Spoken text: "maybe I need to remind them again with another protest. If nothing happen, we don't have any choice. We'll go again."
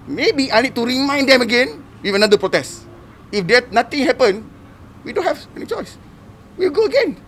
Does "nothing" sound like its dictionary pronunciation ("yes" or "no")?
no